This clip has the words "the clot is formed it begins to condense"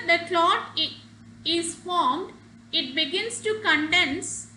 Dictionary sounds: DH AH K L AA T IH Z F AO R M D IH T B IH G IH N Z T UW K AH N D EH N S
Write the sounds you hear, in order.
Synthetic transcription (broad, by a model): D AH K L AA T IH Z F AO R M D IH T B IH G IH N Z T UW K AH N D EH N S